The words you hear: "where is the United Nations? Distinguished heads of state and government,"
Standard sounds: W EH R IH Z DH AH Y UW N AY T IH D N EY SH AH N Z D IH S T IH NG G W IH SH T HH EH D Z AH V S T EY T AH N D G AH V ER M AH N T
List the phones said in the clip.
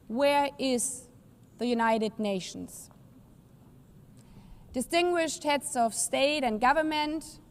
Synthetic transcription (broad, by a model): W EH R IH Z DH AH Y UW N AY T IH D N EY SH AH N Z D IH S T IH NG G W IH SH T HH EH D S AH V S T EY T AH N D G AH V ER M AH N T